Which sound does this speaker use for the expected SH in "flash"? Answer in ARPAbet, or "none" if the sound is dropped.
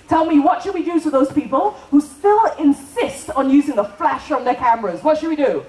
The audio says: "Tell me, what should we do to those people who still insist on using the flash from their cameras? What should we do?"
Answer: SH